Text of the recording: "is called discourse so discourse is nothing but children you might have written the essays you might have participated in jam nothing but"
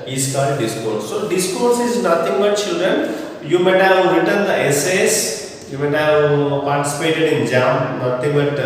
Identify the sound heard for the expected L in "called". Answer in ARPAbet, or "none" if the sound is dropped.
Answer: none